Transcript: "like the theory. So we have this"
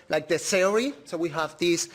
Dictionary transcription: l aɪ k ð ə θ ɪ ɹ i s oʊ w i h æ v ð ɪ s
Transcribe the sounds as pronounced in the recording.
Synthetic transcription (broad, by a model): l aɪ k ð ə s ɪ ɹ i s oʊ w i h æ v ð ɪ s